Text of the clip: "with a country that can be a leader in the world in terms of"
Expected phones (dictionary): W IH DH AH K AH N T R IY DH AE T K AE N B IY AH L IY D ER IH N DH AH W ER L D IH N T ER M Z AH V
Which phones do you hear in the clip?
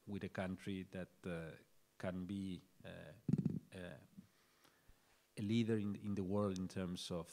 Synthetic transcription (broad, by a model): W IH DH AH K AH N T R IY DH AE T K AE N B IY AH L IY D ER IH N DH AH W ER L D IH N T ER M S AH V